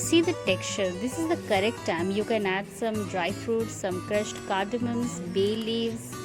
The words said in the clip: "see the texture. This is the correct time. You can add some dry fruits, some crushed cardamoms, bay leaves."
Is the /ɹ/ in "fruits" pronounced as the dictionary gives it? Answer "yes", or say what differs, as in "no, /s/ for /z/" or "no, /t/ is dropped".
yes